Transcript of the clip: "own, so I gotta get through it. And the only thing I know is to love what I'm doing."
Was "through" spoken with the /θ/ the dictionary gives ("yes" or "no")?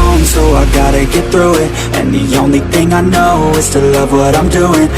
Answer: yes